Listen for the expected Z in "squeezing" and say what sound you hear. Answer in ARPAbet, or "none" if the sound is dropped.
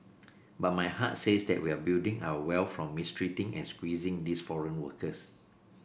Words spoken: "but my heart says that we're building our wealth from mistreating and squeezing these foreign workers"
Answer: Z